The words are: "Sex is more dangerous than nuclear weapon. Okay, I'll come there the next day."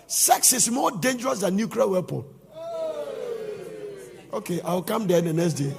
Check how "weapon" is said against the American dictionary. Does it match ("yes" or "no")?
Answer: no